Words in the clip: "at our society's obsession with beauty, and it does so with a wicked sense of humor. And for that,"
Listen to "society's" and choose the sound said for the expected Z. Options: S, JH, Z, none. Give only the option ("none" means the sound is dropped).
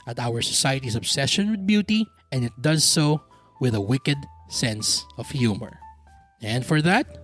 S